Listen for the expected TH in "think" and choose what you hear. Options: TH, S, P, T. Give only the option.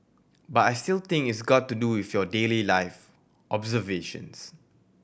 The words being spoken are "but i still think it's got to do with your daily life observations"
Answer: T